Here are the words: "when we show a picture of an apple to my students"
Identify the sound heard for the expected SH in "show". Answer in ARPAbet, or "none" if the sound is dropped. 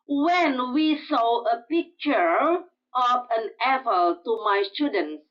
S